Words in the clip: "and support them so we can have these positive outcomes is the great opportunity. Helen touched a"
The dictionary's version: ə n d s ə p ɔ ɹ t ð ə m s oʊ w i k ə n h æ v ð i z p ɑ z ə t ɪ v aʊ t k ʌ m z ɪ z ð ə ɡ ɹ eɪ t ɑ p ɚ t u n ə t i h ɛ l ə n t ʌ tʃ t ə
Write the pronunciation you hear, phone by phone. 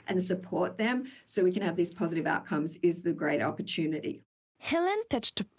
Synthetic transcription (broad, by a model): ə n s ə p ɔ ɹ t ð ə m s oʊ w i k ə n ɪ v ð i z p ɑ z ə t ɪ v aʊ t k ʌ m z ɪ z ð ə ɡ ɹ eɪ t ɑ p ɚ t u n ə t i h ɛ l ə n t ʌ tʃ t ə